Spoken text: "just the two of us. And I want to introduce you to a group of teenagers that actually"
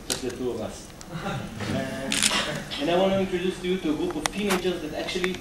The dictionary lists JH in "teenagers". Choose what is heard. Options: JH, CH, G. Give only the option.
CH